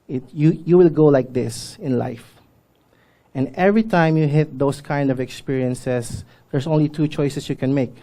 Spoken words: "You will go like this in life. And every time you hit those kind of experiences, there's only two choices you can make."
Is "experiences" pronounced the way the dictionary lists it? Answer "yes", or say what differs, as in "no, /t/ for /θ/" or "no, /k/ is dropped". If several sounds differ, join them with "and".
no, /s/ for /z/